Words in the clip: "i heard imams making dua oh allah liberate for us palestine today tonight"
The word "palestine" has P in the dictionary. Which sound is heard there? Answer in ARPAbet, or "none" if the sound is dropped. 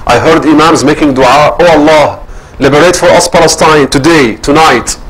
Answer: P